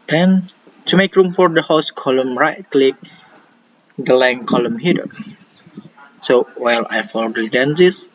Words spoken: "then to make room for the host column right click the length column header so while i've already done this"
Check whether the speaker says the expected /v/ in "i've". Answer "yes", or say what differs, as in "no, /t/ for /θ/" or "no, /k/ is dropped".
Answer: no, /f/ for /v/